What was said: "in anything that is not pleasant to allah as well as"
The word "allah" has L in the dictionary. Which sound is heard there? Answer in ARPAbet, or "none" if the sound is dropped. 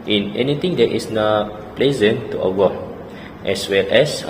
W